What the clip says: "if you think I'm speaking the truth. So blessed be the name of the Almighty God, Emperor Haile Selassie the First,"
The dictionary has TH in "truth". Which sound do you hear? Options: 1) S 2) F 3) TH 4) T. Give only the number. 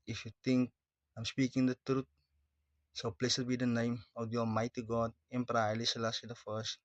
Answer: 4